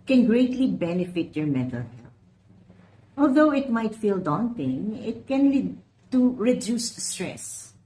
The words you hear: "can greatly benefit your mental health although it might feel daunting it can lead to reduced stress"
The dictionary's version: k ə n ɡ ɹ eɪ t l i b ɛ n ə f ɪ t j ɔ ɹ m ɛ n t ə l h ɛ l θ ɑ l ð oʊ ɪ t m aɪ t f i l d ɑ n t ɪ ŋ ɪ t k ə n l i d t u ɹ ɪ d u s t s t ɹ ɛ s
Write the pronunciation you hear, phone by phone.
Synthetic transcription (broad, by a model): k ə n ɡ ɹ eɪ t l i b ɛ n ə f ɪ t j ɔ ɹ m ɛ t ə l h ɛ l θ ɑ l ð oʊ ɪ t m aɪ t f i l d ɑ n t ɪ ŋ ɪ t k ə n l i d t u ɹ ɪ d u s s t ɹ ɛ s